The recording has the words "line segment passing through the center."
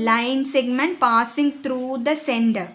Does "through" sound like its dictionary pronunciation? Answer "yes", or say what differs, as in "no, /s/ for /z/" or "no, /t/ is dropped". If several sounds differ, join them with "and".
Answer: no, /t/ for /θ/